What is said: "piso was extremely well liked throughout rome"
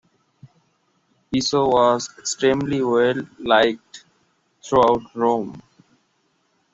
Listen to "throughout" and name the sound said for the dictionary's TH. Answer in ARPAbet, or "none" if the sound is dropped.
T